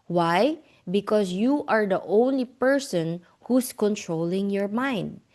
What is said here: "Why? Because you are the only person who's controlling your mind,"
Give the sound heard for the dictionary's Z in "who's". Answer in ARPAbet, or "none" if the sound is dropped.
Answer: S